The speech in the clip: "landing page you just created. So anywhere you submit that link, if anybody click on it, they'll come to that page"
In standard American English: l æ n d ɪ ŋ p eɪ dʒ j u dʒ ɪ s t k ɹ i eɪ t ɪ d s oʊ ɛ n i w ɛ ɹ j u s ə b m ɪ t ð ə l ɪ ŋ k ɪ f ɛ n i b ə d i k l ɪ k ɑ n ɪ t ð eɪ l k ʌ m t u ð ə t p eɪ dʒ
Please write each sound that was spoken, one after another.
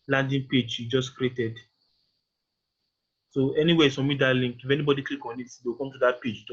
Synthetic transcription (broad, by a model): l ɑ n d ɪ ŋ p eɪ dʒ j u dʒ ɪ s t k ɹ i eɪ t ɪ d s oʊ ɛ n i w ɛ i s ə m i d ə l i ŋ k ɪ f ɛ n i b ə d i k l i k ɑ n ɪ t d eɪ w k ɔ m t u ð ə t p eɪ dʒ